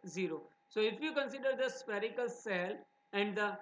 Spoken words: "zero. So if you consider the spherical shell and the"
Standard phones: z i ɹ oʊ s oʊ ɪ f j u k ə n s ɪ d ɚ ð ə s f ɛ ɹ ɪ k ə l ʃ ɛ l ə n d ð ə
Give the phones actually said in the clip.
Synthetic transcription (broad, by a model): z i ɹ oʊ s oʊ ɪ f j u k ə n s ɪ d ɚ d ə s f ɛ ɹ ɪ k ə l s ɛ l ə n d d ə